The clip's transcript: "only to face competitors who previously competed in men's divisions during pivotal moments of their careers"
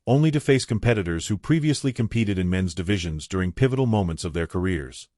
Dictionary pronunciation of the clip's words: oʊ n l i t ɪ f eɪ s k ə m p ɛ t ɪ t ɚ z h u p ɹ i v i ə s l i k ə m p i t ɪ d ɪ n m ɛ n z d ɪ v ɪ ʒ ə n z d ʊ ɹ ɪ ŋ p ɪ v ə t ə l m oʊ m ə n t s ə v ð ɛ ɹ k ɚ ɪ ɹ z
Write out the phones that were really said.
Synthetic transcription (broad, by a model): oʊ n l i t ɪ f eɪ s k ə m p ɛ t ɪ t ɚ z h u p ɹ i v i ə s l i k ə m p i t ɪ d ɪ n m ɛ n z d ɪ v ɪ ʒ ə n z d ʊ ɹ ɪ ŋ p ɪ v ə t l m oʊ m ə n t s ə v ð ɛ ɹ k ɚ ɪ ɹ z